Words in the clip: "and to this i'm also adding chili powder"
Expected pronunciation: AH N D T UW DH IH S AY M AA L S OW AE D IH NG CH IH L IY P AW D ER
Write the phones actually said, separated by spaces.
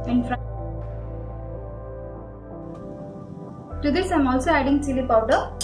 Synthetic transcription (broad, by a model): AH N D T UW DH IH S AY M AA L S OW AE D IH NG S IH L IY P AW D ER